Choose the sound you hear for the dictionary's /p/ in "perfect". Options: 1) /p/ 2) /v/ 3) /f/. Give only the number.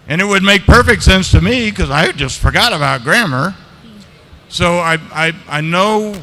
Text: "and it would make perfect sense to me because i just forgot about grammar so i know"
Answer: 1